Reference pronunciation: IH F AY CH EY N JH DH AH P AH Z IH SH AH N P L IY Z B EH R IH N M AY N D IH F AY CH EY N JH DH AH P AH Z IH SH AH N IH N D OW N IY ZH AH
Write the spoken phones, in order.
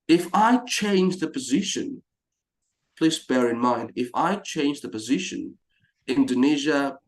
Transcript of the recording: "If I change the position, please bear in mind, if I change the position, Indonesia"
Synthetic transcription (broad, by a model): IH F AY CH EY N JH DH AH P AH Z IH SH AH N P L IY Z B EH R IH N M AY N D IH F AY CH EY N JH DH AH P AH Z IH SH AH N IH N D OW N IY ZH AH